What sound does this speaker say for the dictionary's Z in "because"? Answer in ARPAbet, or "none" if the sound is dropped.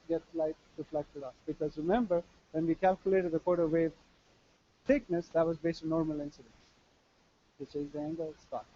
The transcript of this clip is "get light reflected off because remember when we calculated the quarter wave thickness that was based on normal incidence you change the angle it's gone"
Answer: Z